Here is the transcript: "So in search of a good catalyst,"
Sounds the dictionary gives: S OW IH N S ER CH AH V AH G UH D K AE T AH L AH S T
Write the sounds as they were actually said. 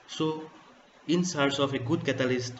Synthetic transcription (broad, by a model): S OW IH N S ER S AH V AH G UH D K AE T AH L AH S T